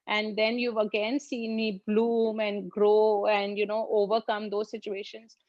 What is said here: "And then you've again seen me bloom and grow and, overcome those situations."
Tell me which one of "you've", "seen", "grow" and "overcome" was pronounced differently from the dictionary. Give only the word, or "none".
none